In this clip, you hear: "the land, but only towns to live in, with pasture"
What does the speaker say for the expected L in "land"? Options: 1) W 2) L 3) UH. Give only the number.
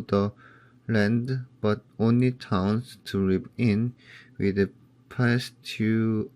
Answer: 2